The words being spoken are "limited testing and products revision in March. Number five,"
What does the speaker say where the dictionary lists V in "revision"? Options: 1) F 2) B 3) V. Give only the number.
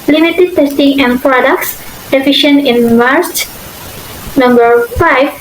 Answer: 1